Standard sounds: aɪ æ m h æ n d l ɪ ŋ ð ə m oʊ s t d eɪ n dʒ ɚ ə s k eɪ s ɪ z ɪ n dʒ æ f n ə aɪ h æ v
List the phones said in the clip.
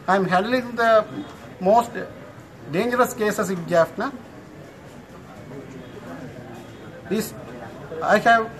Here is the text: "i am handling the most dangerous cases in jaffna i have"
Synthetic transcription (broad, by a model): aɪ m h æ d l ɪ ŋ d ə m oʊ s t d eɪ n dʒ ɚ ə s k eɪ s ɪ s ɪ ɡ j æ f n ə aɪ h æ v